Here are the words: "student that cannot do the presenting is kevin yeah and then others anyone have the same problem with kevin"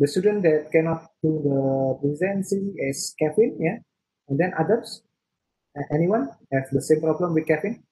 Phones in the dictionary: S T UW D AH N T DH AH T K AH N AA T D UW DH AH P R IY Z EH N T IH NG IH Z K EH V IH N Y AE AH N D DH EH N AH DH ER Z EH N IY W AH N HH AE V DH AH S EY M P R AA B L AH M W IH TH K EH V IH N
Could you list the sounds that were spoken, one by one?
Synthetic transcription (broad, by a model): S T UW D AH N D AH T K AH N AA T D UW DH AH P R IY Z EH N S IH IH S K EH F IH N Y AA AH N D EH N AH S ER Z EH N IY W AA N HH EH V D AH S EY M P R AA B L AH M W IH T K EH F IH N